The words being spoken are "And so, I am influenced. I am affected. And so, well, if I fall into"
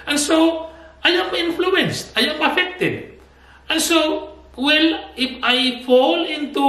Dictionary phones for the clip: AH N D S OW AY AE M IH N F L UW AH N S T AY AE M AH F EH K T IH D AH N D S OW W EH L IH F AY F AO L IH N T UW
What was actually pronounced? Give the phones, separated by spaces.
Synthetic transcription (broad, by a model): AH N S OW AY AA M IH N F L UW AH N S T AY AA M AH F EH K T IH D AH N S OW W EH L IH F AY F AO L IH N T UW